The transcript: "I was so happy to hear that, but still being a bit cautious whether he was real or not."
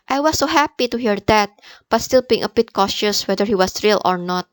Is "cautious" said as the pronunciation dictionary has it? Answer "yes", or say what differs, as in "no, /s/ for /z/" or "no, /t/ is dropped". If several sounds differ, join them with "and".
yes